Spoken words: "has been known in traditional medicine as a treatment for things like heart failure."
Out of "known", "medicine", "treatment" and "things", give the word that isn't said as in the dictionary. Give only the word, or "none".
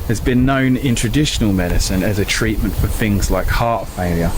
none